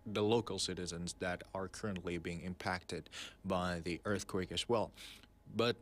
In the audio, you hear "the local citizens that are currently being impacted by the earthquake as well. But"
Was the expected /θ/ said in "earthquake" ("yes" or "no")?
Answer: yes